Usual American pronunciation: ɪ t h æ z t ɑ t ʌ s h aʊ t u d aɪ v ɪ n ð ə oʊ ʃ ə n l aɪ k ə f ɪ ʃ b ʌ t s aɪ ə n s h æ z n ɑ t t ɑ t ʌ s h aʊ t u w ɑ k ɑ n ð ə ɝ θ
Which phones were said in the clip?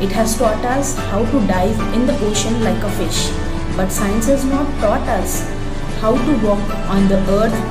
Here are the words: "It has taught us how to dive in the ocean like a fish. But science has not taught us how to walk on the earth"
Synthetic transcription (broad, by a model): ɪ t h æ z t ɑ t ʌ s h aʊ t u d aɪ v ɪ n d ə oʊ ʃ ə n l aɪ k ə f ɪ ʃ b ʌ t s aɪ ə n s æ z n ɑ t t ɑ t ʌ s h aʊ t u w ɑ k ɑ n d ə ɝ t